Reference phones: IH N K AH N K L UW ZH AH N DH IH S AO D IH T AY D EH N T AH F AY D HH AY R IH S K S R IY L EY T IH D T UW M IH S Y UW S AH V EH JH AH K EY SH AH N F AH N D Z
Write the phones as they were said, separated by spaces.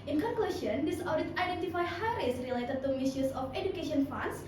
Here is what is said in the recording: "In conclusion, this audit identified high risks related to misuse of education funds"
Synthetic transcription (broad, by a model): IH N K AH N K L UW S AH N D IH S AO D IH T AY D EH N T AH F AY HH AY R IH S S R IY L EY T IH D T UW M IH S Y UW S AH F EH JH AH K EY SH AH N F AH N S